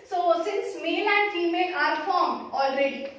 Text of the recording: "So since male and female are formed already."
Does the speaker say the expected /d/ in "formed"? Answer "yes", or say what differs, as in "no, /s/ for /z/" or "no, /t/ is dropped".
no, /d/ is dropped